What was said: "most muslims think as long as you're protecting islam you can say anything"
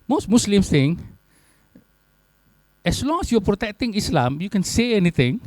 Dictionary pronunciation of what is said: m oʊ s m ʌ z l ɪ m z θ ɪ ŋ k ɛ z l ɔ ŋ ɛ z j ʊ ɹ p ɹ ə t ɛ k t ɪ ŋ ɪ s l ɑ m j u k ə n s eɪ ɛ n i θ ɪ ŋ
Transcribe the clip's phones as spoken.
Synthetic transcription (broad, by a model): m oʊ s m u s l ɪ m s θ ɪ ŋ ɛ s l ɔ ŋ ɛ s j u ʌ p ɹ ə t ɛ k t ɪ ŋ ɪ s l ɑ m j u k ə n s eɪ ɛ n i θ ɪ ŋ